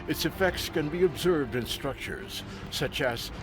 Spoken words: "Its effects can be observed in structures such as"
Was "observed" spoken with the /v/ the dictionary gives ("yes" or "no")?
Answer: yes